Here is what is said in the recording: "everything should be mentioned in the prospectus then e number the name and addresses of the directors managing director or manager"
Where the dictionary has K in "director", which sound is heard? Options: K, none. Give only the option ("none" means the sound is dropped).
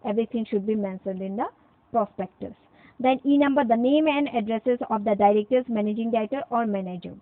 none